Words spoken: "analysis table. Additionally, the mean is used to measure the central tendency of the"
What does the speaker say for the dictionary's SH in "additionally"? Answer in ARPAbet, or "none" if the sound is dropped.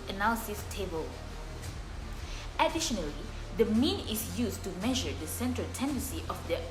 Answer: SH